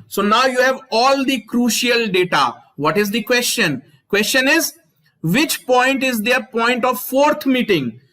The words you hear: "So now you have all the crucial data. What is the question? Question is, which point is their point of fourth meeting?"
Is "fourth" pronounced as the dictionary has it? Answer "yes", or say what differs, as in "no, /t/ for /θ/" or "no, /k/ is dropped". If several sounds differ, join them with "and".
no, /t/ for /θ/